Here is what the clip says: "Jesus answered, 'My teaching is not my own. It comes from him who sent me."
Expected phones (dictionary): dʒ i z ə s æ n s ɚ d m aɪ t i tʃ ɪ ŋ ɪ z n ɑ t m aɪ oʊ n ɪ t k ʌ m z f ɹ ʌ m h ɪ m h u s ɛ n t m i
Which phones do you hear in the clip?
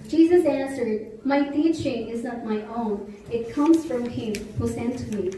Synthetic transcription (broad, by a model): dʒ i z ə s æ n s ɚ d m aɪ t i ʃ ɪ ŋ ɪ z n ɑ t m aɪ oʊ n ɪ t k ʌ m z f ɹ ʌ m h ɪ m h u s ɛ n t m i